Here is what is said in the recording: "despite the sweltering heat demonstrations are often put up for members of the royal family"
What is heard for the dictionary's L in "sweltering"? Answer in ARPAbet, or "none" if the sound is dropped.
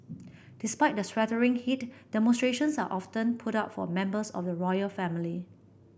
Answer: none